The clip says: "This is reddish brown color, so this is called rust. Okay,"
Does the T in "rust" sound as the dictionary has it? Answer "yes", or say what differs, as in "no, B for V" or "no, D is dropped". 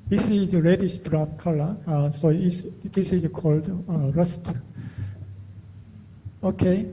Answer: yes